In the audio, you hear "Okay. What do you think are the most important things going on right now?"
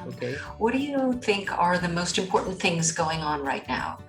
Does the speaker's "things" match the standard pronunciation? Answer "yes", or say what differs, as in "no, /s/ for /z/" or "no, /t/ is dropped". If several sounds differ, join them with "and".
yes